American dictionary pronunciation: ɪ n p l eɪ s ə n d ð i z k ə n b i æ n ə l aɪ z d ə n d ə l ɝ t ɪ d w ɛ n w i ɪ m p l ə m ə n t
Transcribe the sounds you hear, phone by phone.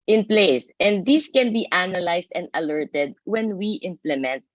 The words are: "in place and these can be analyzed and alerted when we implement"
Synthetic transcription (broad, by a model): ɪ n p l eɪ s ə n d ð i s k ə n b i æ n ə l aɪ s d ə n d ə l ɝ t ɪ d w ɛ n w i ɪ m p l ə m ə n t